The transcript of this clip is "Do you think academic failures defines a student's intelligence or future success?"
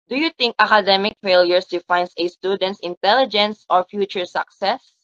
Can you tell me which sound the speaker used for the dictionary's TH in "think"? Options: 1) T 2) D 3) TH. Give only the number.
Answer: 1